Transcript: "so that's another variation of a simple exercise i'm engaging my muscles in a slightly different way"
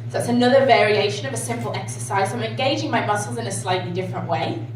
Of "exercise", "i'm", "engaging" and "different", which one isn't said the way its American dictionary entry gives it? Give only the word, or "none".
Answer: none